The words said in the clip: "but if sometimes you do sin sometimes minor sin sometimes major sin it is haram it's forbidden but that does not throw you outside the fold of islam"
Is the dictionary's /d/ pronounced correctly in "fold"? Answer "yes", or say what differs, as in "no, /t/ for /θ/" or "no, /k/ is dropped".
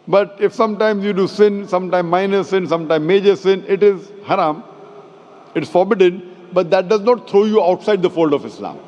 yes